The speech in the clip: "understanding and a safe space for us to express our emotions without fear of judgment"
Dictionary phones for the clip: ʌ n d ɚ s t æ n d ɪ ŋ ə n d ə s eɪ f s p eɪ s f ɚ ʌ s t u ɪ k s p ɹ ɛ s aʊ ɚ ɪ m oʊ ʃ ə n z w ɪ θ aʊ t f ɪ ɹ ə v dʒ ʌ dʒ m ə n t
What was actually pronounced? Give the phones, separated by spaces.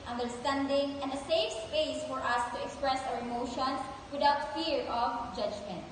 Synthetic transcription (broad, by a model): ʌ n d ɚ s t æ n d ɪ ŋ ə n d ə s eɪ f s p eɪ s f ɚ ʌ s t u ɪ k s p ɹ ɛ s aʊ ɚ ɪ m oʊ ʃ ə n s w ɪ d aʊ t f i ɹ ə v dʒ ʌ dʒ m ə n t